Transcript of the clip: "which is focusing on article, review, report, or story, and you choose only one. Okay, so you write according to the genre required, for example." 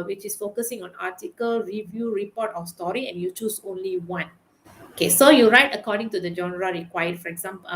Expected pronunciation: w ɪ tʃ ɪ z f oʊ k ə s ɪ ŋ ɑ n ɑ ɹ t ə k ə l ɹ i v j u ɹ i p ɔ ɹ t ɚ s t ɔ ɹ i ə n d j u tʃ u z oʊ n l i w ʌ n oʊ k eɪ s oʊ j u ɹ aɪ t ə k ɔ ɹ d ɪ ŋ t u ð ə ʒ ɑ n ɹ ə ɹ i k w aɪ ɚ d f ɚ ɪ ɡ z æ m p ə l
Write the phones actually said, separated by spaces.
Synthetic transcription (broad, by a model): w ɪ tʃ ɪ s f oʊ k ə s ɪ ŋ ɑ n ɑ t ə k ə l ɹ i v j u ɹ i p ɔ t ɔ s t ɔ ɹ i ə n j u tʃ u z oʊ n l i w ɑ n oʊ k eɪ s oʊ j u ɹ aɪ t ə k ɔ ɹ d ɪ ŋ t u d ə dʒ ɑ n ɹ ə ɹ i k w aɪ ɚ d f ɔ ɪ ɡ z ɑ m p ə